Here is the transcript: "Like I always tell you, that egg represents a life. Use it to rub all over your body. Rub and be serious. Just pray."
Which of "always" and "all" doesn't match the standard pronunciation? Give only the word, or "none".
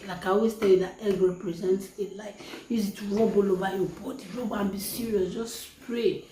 always